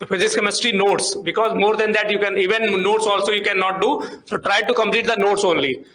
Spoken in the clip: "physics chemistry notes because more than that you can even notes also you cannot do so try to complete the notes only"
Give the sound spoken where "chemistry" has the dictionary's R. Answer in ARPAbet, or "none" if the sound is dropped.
none